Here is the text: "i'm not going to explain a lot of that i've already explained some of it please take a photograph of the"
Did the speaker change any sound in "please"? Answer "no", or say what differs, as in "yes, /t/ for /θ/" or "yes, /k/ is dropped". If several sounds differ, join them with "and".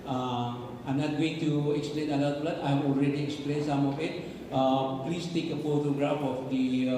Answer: yes, /s/ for /z/